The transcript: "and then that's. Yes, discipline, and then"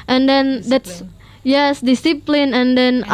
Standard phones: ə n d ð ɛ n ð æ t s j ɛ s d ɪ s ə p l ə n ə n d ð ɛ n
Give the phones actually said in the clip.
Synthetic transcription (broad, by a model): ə n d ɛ n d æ t s j ɛ s d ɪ s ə p l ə n ə n d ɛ n